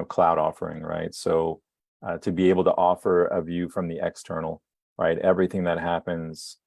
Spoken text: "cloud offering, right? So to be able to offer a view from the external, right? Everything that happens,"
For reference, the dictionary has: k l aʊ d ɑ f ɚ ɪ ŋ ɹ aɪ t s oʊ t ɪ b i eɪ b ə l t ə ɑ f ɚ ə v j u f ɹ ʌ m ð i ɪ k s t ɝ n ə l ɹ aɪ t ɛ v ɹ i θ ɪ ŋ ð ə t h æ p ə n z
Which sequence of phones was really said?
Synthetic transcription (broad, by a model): k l aʊ d ɑ f ɚ ɪ ŋ ɹ aɪ t s oʊ t ɪ b i eɪ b l t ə ɑ f ɚ ə v j u f ɹ ʌ m ð i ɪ k s t ɝ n l ɹ aɪ t ɛ v ɹ i θ ɪ ŋ ð ə t h æ p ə n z